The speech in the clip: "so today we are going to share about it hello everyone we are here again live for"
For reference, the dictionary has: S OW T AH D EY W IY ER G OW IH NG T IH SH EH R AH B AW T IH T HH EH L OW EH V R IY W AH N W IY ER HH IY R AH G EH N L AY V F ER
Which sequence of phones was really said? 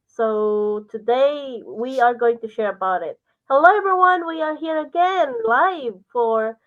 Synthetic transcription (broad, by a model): S OW T AH D EY W IY ER G OW IH NG T IH SH EH R AH B AW T IH T HH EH UH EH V R W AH N W IY ER HH IY R AH G EH N L AY V F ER